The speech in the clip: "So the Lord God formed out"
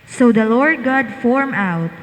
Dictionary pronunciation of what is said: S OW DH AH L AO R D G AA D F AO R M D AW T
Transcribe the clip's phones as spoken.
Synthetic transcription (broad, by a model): S OW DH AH L AO R D G AA D F AO R M AW T